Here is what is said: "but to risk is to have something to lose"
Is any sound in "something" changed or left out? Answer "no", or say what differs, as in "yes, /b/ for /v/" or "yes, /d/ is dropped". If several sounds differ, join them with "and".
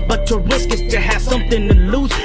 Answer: no